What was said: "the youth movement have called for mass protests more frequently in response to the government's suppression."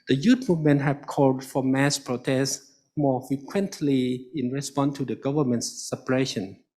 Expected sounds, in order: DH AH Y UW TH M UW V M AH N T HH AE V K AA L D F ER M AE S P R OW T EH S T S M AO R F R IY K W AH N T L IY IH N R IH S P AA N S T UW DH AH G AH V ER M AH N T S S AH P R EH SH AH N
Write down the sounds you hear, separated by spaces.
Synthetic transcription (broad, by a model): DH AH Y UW T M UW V M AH N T HH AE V K AA L D F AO M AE S P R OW T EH S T M AO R F R IY K W AH N T L IY IH N R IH S P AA N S T UW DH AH G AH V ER M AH N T S S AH P R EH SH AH N